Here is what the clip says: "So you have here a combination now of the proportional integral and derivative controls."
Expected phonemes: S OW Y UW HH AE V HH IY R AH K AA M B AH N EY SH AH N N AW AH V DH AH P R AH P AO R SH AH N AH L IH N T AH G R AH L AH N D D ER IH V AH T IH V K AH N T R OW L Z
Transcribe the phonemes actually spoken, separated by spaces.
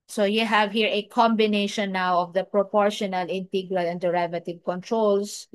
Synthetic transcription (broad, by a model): S OW Y UW HH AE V HH IY R AH K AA M B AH N EY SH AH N N AW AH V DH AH P R AH P AO R SH AH N AH L IH N T AH G R AH L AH N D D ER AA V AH T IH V K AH N T R OW L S